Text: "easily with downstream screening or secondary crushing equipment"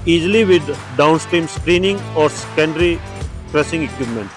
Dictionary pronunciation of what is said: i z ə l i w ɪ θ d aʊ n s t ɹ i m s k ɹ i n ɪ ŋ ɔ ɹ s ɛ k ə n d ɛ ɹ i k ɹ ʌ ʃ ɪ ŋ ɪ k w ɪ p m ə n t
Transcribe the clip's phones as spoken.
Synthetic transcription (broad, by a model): i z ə l i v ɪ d d aʊ n s t ɹ i m s k ɹ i n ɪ ŋ ɔ ɹ s k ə n d ɹ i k ɹ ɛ s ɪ ŋ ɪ k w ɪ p m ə n t